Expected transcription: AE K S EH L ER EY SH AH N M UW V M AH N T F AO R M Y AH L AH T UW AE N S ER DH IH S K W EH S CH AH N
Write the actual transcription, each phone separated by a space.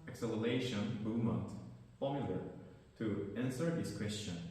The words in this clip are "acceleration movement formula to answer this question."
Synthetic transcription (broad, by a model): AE K S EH L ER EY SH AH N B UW M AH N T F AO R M Y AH L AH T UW AE N S ER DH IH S K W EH S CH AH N